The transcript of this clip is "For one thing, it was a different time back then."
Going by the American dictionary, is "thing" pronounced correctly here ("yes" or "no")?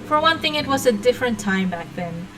yes